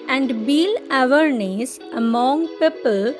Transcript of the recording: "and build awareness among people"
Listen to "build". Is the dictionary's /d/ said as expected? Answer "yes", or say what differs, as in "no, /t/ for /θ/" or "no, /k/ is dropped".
no, /d/ is dropped